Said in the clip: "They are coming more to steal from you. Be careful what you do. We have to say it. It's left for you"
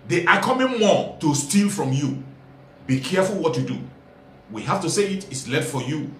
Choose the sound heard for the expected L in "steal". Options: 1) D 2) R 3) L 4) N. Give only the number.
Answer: 3